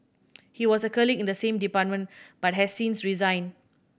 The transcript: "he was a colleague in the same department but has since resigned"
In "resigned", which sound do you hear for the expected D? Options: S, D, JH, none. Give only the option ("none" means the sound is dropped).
none